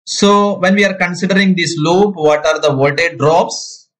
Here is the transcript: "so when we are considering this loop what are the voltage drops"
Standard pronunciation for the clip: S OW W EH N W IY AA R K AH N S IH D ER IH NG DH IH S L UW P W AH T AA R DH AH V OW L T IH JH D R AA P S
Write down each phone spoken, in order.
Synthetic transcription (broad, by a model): S OW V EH N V IY AA R K AH N S IH D ER IH NG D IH S L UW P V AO T AA R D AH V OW T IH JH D R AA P S